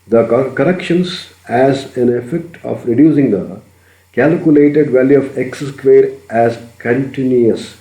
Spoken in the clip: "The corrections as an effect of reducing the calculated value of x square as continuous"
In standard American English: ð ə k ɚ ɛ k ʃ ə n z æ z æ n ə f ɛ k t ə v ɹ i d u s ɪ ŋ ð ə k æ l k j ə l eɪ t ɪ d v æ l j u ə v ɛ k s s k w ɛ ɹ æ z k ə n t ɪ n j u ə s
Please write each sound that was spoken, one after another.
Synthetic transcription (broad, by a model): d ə k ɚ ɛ k ʃ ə n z æ z æ n ə f ɛ k t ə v ɹ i d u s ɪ ŋ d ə k æ l k j ə l eɪ t ɪ d v æ l j u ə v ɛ k s s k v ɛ ɹ æ z k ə n t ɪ n j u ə s